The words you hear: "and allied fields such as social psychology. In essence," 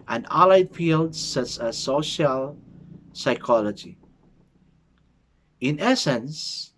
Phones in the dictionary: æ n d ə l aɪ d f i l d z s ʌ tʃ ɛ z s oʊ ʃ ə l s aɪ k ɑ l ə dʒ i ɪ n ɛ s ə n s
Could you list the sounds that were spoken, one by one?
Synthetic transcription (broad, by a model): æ n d ə l aɪ d f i l d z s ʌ s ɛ s oʊ ʃ ə l s aɪ k ɑ l ə dʒ i ɪ n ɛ s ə n s